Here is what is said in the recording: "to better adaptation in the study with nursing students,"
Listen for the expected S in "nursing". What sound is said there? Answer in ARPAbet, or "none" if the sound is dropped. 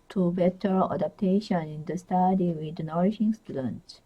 SH